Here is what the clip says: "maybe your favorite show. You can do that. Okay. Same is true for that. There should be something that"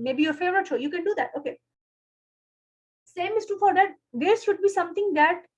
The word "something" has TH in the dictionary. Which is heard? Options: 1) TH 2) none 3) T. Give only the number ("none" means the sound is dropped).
3